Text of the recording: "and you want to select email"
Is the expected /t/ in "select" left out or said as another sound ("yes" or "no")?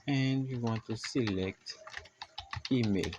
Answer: no